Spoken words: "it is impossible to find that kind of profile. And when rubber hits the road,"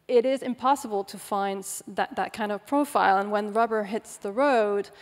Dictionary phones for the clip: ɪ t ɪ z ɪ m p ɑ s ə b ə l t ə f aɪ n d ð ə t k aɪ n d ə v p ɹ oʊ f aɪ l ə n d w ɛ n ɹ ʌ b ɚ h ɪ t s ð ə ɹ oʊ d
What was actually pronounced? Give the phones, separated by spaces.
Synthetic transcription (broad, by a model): ɪ t ɪ z ɪ m p ɑ s ə b ə l t ə f aɪ n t ð ə t k aɪ n d ə v p ɹ oʊ f aɪ l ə n w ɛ n ɹ ʌ b ɚ h ɪ t s ð ə ɹ oʊ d